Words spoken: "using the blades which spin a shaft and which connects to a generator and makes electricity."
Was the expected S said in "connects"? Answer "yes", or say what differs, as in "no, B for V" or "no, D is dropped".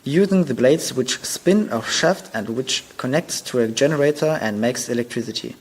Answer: yes